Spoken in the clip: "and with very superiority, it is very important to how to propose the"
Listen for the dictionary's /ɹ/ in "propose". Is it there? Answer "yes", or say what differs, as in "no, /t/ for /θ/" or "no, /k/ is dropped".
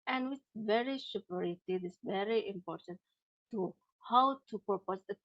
no, /ɹ/ is dropped